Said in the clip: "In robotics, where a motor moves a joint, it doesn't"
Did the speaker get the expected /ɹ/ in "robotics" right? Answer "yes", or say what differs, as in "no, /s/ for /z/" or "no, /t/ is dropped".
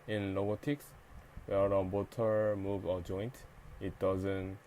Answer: no, /l/ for /ɹ/